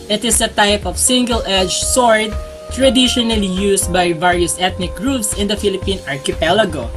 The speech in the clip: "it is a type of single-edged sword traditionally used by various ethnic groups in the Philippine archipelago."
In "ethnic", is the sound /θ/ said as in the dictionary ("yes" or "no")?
no